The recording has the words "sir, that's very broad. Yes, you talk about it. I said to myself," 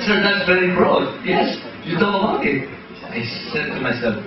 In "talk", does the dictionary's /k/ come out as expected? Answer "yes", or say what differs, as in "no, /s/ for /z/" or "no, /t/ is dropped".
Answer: no, /k/ is dropped